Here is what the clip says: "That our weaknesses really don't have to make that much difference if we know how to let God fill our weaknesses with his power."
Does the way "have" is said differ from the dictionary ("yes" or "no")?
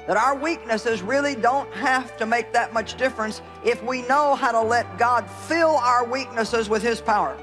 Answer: yes